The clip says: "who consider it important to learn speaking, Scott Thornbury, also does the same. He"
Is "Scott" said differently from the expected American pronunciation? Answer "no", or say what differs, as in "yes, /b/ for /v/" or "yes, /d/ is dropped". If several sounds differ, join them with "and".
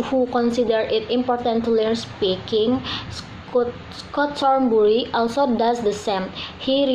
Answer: no